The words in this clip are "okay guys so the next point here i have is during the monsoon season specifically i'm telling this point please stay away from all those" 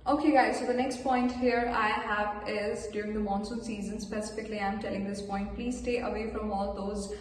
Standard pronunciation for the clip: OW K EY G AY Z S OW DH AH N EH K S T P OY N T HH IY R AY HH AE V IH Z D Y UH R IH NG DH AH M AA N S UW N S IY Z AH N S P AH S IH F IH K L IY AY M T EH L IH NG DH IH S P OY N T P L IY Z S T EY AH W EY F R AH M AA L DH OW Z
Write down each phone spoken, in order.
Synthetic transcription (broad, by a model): OW K EY G AY Z S OW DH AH N EH K S T P OY N T HH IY R AY HH AE V IH Z D Y UH R IH NG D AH M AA N S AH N S IY Z AH N S P AH S IH F IH K L IY AY M T EH L IH NG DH IH S P OY N T P L IY Z S T EY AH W EY F R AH M AA L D OW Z